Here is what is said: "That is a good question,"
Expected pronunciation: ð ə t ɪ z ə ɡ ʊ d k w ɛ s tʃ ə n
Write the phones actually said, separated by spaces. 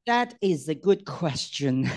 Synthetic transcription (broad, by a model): ð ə t ɪ z ə ɡ ʊ d k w ɛ s tʃ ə n